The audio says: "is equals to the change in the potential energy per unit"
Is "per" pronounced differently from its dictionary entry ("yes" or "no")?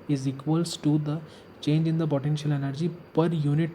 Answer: no